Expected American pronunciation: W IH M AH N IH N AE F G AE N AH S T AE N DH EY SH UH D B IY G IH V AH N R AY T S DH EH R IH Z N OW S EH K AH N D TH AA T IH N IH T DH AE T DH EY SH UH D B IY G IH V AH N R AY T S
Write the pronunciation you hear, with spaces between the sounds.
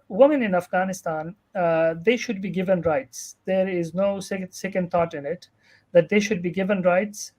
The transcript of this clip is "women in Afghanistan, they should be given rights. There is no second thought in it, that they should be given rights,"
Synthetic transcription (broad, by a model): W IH M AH N IH N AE F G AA N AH S T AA N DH EY SH UH D B IY G IH V AH N R AY T S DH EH R IH Z N OW S EH K AH N D T AA T IH N IH T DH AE T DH EY SH UH D B IY G IH V AH N R AY T S